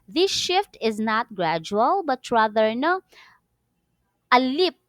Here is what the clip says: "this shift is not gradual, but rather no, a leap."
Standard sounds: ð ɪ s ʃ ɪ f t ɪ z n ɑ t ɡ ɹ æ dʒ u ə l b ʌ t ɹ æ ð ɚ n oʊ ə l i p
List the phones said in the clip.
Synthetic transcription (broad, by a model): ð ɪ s ʃ ɪ f t ɪ z n ɑ t ɡ ɹ æ dʒ u ə l b ʌ t ɹ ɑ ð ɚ n oʊ ə l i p